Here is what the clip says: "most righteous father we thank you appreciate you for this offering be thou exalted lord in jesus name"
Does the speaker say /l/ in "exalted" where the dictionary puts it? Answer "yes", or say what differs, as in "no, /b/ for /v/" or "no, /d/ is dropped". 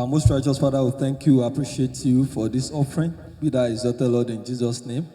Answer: no, /l/ is dropped